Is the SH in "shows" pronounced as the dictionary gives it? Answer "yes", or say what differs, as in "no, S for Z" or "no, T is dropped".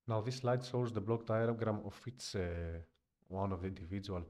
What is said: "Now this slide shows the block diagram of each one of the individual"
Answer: no, S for SH